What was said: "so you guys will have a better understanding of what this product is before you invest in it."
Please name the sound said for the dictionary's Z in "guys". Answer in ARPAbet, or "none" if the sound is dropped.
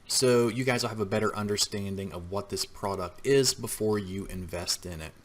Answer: Z